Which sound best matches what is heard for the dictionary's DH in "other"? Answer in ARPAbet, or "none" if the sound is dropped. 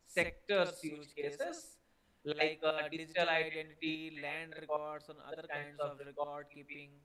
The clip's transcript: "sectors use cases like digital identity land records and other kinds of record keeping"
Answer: none